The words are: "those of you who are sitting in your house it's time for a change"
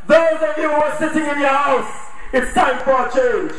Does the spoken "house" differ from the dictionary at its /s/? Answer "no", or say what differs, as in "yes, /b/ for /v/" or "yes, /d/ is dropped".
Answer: no